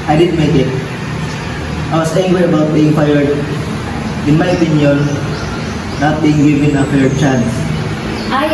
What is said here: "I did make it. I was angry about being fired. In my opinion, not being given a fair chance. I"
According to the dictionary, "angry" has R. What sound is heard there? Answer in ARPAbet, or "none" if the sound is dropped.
W